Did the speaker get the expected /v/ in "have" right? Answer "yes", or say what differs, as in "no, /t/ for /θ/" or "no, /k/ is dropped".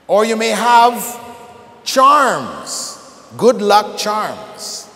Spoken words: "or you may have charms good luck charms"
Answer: yes